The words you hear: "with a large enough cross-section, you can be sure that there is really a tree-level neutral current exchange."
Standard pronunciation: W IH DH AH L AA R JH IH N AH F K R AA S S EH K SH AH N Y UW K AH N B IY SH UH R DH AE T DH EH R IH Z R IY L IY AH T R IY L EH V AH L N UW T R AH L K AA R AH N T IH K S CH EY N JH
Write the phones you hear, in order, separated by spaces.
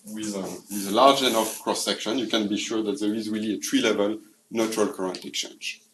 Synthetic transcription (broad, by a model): W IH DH AH L AA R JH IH N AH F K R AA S S EH K SH AH N Y UW K AH N B IY SH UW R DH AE T DH EH R IH Z R IY L IY AH T R IY L EH V AH L N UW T R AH L K AA R AH N T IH K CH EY N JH